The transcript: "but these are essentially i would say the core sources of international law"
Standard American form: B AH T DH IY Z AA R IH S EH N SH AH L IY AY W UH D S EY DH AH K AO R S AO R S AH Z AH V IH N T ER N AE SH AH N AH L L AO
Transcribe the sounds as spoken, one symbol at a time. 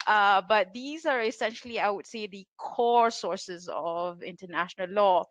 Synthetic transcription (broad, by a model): B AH T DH IY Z AA R IH S EH N SH AH L IY AY W UH D S EY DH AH K AO R S AO R S AH Z AH V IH N T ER N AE SH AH N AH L L AO